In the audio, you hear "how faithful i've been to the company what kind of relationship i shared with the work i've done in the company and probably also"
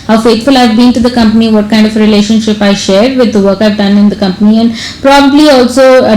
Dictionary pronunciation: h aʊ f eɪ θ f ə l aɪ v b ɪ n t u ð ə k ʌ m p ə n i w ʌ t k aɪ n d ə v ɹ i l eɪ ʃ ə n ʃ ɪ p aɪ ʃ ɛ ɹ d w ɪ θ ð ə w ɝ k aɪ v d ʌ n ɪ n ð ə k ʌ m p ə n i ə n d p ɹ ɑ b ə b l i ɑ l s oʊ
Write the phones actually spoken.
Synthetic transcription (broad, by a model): h aʊ f eɪ t f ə l aɪ v b ɪ n t u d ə k ʌ m p ə n i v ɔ t k aɪ n d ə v ɹ i l eɪ ʃ ə n ʃ ɪ p aɪ ʃ ɛ ɹ d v ɪ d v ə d k aɪ v d ʌ n ɪ n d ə k ʌ m p ə n i ə n d p ɹ ɑ b ə b l i ɑ l s oʊ